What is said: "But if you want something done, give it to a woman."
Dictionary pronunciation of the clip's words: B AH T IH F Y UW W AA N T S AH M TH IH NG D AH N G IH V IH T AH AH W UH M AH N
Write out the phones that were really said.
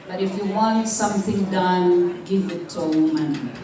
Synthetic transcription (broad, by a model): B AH T IH F Y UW W AA N T S AH M TH IH NG D AH N G IH V IH T AH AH M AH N